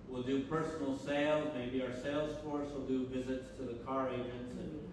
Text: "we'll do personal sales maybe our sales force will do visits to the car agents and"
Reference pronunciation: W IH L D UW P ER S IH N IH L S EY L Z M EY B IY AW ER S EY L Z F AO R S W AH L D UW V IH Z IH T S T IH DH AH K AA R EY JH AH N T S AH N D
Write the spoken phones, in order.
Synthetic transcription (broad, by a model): W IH L D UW P ER S N L S EY L Z M EY B IY AW ER S EY L Z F AO R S W AH L D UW V IH Z IH T S T IH DH AH K AA R EY JH AH N T S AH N